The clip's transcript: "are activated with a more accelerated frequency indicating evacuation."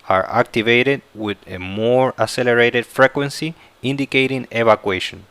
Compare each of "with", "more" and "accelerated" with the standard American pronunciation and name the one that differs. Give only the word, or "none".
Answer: accelerated